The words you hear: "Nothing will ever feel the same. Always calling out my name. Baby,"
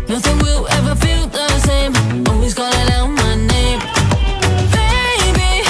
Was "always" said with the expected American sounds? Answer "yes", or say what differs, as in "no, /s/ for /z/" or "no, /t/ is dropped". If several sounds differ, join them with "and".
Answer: no, /l/ is dropped